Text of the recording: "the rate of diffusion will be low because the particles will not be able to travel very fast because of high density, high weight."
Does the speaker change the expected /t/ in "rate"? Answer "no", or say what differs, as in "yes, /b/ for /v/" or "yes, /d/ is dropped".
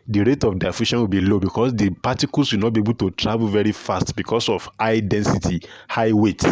no